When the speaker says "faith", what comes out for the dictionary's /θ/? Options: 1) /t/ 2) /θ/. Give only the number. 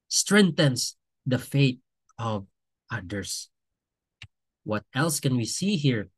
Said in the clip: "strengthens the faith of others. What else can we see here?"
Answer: 1